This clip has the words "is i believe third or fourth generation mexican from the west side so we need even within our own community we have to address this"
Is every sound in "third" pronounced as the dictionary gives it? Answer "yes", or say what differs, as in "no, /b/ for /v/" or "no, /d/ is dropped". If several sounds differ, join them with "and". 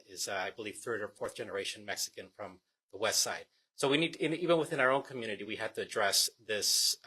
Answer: yes